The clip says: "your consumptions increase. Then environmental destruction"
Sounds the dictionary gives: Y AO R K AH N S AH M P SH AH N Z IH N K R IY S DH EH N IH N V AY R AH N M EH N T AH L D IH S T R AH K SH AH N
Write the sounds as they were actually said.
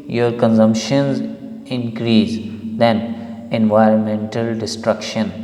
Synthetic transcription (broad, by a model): Y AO R K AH N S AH M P SH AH N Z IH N K R IY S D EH N IH N V AY R AH N M EH N T AH L D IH S T R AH K SH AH N